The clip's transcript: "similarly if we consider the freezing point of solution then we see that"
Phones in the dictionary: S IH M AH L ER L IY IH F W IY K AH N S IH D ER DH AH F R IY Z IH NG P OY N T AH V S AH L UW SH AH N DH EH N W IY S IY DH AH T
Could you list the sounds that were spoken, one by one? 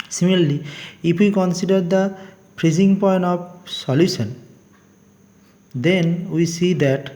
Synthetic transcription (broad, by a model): S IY M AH L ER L IY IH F W IY K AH N S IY D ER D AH P R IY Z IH NG P OY N T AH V S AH L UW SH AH N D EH N W IY S IY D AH T